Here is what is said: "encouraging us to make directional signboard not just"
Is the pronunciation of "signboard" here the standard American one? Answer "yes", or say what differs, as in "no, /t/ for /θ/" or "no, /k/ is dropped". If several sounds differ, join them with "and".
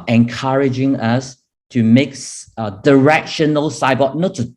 no, /n/ is dropped